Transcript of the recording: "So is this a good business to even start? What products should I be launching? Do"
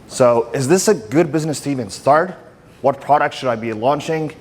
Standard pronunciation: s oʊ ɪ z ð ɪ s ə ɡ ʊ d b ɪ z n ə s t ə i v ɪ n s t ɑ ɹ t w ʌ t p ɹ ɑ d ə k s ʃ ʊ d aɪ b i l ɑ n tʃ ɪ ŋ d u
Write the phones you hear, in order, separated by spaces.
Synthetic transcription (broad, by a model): s oʊ ɪ z ð ɪ s ə ɡ ʊ d b ɪ z n ə s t i v ɪ n s t ɑ ɹ t w ʌ t p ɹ ɑ d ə k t ʃ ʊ d aɪ b i l ɑ n tʃ ɪ ŋ